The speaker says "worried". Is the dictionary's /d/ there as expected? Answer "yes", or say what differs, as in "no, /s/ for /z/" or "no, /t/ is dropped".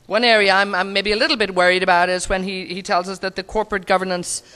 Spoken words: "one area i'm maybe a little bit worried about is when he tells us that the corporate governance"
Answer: yes